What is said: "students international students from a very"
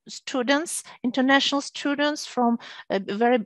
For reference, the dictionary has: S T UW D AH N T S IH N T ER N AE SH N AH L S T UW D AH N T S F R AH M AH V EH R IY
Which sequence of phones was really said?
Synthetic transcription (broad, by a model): S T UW D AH N T S IH N T ER N AE SH N AH L S T UW D AH N T S F R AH M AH V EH R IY